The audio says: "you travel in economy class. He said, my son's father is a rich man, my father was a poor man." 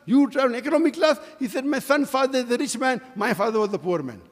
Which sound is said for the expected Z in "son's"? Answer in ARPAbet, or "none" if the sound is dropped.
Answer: none